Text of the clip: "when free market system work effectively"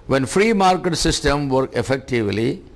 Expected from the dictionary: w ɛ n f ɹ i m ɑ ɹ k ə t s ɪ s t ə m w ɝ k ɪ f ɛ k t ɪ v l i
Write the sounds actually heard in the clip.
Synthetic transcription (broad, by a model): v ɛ n f ɹ i m ɑ ɹ k ə t s ɪ s t ə m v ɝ k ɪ f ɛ k t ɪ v l i